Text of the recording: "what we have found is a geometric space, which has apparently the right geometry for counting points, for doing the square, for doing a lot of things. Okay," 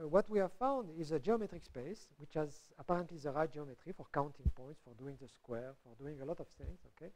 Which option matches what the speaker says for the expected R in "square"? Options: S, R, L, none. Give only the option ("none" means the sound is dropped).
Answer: R